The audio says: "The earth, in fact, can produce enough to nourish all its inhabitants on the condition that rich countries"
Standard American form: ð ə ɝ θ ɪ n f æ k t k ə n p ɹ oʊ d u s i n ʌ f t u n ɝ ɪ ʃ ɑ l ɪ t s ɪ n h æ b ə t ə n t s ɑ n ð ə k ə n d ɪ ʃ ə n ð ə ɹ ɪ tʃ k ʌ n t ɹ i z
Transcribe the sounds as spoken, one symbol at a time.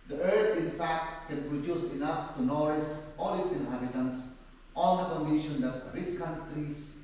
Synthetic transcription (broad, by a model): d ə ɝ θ ɪ n f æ k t k ə n p ɹ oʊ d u s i n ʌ f t u n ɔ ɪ s ɑ l ɪ t s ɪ n h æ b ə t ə n s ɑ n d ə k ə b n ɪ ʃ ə n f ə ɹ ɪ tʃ k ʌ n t ɹ i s